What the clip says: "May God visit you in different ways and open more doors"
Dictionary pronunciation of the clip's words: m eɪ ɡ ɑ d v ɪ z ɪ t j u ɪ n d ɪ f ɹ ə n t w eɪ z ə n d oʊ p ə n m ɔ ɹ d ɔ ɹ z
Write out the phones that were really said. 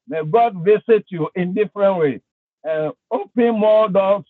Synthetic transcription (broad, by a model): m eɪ ɡ ɑ d v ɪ s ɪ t j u ɪ n d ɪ f ɹ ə n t w eɪ ə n oʊ p ə n m ɔ d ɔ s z